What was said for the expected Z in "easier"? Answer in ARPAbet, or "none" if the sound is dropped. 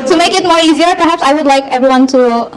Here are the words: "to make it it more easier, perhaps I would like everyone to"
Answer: Z